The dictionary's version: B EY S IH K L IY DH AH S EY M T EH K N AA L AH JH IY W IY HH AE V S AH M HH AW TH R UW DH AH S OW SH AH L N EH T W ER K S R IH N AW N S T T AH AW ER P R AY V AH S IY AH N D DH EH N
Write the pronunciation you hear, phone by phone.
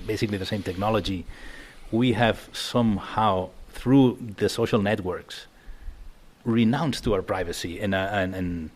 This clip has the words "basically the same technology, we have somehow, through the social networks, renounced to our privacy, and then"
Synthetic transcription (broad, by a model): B EY S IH K L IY DH AH S EY M T EH K N AA L AH JH IY W IY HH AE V S AH M HH AW TH R UW DH AH S OW SH AH L N EH T W ER K S R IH N AW N S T T AH AW ER P R AY V AH S IY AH N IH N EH N